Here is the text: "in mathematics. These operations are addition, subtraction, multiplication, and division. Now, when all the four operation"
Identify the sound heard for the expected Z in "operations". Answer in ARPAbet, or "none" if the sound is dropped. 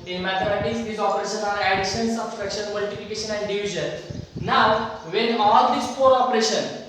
none